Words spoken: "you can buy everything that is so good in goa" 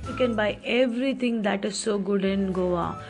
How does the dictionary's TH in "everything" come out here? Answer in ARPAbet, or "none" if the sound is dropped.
T